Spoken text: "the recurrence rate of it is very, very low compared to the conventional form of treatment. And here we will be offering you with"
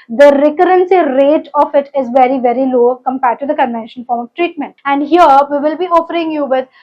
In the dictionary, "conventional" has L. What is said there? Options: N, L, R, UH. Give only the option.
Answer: N